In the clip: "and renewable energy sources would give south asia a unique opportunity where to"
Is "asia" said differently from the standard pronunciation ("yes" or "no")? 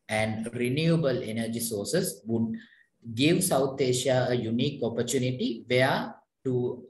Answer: yes